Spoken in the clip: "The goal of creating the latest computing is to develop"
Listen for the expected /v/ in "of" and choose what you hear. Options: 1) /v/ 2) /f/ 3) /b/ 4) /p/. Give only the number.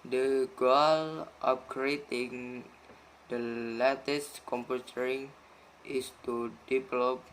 4